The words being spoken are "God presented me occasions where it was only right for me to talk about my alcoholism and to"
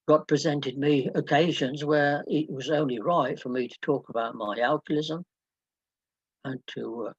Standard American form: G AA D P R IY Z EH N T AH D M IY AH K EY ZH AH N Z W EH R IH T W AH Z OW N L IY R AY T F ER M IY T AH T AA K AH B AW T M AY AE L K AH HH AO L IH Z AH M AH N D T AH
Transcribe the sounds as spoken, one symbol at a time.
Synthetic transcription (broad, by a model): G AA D P R IY Z EH N T AH D M IY AH K EY ZH AH N Z W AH R IH T W AH Z OW N L IY R AY T F ER M IY T AH T AA K AH B AW T M AY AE L K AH L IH Z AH M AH N T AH